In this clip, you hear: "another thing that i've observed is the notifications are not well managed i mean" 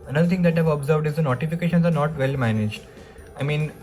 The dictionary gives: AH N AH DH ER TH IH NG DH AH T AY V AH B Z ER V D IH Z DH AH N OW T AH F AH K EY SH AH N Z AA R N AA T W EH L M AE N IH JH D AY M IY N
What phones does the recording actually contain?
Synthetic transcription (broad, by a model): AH N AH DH ER T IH NG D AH T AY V AH B Z ER V D IH Z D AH N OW T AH F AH K EY SH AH N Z AA R N AA T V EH L M AE N IH JH D AY M IY N